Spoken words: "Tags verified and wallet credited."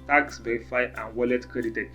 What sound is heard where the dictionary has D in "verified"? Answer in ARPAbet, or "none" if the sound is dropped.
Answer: none